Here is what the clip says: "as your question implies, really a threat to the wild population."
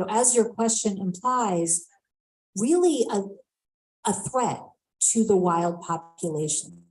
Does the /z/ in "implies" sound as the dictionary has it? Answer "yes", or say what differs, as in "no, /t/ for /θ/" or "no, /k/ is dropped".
yes